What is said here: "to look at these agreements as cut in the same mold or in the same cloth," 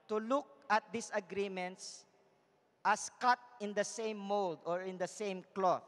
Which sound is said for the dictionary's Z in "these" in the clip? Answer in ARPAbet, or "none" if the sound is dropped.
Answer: S